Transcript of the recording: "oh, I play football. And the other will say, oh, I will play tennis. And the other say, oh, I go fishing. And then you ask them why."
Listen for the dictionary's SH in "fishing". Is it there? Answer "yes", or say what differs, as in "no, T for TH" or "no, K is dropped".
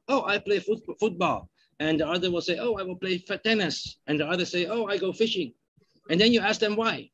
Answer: yes